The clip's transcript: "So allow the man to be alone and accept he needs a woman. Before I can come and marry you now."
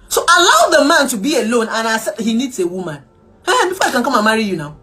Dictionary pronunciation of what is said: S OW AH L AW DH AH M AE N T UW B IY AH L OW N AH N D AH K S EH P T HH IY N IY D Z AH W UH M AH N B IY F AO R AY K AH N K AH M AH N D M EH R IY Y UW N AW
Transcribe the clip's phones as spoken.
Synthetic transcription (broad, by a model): S OW AH L AW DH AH M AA N T UW B IY AH L OW N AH N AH S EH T HH IY N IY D S AH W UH M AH N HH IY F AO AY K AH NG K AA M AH M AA R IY Y UW N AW